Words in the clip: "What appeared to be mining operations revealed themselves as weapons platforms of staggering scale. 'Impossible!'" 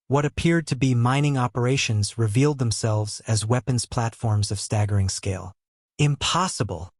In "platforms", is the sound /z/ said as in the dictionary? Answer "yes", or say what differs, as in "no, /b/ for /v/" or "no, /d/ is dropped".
yes